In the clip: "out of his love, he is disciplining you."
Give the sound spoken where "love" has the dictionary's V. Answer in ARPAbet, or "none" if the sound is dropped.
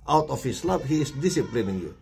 P